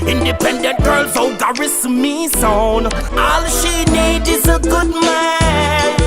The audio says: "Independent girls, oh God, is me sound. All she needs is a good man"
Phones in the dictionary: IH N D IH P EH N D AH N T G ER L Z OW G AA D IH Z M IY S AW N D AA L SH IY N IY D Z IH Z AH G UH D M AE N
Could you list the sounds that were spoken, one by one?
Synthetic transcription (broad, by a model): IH N D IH P EH N D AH N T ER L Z OW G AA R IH S M IY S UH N AA L SH IY N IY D IH Z AH G UH D M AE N